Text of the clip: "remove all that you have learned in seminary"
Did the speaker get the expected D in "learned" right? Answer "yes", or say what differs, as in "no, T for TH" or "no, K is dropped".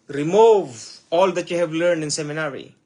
yes